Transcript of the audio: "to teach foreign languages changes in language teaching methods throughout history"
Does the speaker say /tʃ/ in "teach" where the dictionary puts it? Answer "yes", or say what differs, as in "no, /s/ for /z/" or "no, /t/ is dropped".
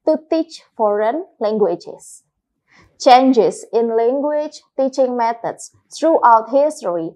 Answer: yes